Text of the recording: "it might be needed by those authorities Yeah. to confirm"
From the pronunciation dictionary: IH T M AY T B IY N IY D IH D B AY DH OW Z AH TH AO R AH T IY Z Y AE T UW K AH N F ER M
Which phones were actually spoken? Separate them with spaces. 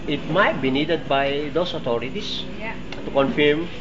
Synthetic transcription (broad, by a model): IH T M AY T B IY N IY D IH D B AY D OW S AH T AO R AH T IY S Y T UW K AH N F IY M